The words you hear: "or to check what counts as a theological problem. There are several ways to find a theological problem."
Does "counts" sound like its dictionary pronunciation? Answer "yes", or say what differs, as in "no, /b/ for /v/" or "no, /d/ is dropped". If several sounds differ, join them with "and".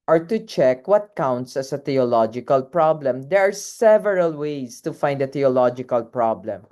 yes